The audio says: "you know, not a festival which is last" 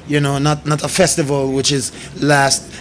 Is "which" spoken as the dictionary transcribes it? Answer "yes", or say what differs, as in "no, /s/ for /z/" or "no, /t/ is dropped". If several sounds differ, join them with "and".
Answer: yes